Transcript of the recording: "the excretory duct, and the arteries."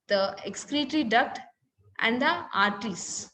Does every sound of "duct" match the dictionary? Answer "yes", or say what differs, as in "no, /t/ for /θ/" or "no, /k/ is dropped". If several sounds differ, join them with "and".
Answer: yes